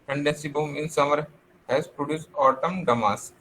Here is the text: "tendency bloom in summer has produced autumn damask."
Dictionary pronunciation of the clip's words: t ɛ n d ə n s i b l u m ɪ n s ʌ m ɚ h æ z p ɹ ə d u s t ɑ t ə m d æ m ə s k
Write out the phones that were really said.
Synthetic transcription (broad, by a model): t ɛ n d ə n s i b u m ɪ n s ʌ m ɚ h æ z p ɹ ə d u s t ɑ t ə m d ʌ m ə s